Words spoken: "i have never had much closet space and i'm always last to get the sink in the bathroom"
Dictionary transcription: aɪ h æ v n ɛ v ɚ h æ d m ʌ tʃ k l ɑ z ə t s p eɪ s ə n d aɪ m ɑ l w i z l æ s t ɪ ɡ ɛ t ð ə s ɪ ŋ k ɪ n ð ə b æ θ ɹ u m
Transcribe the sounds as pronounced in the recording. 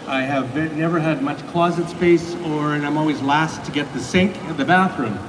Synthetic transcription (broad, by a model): aɪ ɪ v n ɛ v ɚ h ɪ d m ʌ tʃ k l ɑ z ə t s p eɪ s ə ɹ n aɪ m ɑ l w i z l æ s t ɪ ɡ ɛ t ð ə s ɪ ŋ k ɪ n ð ə b æ θ ɹ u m